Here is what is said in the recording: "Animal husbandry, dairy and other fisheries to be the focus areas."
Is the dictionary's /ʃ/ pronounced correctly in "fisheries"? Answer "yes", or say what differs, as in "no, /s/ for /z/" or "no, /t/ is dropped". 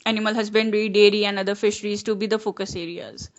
yes